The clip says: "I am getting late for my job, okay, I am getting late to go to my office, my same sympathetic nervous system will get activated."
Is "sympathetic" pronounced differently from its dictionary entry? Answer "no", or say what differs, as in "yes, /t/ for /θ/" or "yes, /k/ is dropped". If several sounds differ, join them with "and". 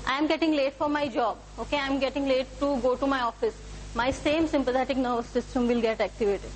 yes, /t/ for /θ/